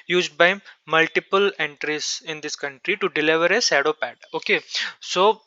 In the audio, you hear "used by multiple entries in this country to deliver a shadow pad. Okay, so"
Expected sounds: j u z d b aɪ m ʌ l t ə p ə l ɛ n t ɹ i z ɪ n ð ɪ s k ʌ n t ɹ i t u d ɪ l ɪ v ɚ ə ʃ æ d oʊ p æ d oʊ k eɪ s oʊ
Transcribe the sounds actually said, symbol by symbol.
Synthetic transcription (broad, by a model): j u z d b aɪ m ʌ l t ə p ə l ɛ n t ɹ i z ɪ n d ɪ s k ʌ n t ɹ i t u d ɪ l ɪ v ɚ ə s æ d oʊ p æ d oʊ k eɪ s oʊ